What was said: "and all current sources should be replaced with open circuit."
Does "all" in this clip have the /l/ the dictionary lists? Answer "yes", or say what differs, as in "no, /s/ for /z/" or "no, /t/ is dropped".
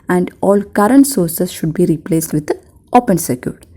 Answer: yes